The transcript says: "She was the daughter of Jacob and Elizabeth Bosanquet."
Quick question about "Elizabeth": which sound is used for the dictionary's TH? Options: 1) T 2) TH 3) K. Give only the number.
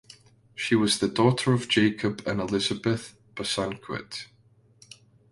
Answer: 2